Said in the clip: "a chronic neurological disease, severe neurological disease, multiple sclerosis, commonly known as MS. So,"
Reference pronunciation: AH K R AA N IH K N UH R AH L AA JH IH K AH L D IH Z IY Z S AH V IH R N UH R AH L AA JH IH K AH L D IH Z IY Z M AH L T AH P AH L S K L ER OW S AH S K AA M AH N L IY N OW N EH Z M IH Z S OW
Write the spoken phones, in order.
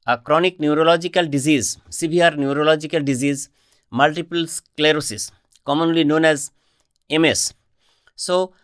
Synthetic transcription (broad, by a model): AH K R AA N IH K N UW R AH L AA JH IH K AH L D IH Z IY Z S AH B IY R N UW R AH L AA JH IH K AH L D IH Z IY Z M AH L T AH P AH L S K L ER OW S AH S K AA M AH N L IY N OW N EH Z M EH S OW